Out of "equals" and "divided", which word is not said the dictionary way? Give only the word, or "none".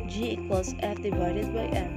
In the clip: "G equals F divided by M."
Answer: equals